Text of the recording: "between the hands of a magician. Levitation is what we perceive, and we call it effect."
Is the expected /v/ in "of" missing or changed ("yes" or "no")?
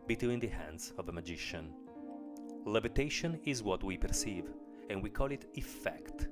no